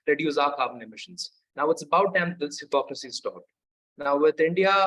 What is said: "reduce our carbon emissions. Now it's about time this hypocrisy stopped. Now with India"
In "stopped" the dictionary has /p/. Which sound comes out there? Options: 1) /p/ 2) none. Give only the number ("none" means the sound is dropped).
2